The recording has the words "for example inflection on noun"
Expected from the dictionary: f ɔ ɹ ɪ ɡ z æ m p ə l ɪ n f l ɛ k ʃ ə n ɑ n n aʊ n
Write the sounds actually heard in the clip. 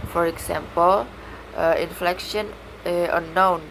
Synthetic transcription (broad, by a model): f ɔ ɹ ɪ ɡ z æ m p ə l ɪ n f l ɛ k ʃ ə n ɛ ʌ n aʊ n